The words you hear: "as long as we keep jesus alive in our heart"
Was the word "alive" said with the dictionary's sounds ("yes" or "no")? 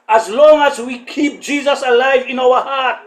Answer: yes